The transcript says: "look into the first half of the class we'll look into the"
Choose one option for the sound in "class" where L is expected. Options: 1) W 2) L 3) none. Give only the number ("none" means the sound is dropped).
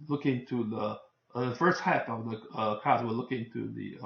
3